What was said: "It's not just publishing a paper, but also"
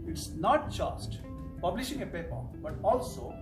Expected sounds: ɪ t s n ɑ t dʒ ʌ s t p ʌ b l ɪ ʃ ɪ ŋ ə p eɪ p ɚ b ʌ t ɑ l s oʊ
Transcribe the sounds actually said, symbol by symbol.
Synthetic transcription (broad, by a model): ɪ t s n ɑ t dʒ ʌ s t p ʌ b l ɪ ʃ ɪ ŋ ə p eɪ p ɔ b ʌ t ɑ l s oʊ